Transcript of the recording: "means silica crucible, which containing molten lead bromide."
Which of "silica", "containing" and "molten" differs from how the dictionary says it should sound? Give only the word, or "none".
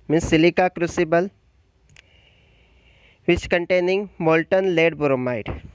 none